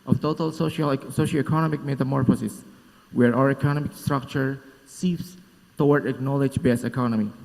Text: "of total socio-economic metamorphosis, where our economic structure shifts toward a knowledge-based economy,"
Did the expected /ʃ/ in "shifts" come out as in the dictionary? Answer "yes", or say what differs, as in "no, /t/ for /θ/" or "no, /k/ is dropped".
no, /s/ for /ʃ/